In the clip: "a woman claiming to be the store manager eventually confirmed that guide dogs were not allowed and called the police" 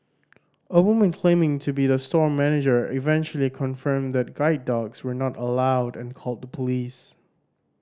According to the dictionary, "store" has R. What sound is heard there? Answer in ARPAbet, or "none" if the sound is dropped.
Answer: R